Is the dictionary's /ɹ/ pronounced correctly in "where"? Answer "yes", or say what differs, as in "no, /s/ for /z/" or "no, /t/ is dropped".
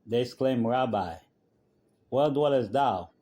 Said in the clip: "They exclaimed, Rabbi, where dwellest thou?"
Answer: no, /l/ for /ɹ/